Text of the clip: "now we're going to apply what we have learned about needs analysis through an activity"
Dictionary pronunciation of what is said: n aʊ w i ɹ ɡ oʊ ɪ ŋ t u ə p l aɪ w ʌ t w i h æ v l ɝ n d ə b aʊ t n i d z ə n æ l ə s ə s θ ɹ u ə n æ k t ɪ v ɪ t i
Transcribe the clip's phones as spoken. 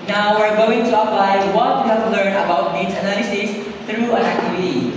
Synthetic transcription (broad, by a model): n aʊ w i ɹ ɡ oʊ ɪ ŋ t u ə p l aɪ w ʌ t w i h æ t l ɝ n ə b aʊ t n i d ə n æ l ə s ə s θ ɹ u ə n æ k t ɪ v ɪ t i